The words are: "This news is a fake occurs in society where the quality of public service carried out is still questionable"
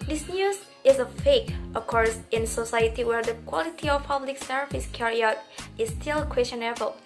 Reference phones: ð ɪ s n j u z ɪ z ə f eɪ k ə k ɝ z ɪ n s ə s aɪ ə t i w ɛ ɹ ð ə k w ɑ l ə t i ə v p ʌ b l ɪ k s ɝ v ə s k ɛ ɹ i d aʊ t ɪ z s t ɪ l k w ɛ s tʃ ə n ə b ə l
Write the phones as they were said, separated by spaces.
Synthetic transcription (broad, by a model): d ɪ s n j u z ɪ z ə f eɪ k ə k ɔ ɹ ɪ n s ə s aɪ ə t i w ɛ ɹ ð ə k w ɑ l ə t i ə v p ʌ b l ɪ k s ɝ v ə s k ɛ ɹ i aʊ t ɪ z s t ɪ l k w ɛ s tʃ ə n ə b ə l